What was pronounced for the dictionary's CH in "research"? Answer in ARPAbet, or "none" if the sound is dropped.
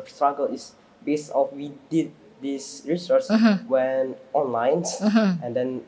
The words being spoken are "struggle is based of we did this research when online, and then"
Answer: S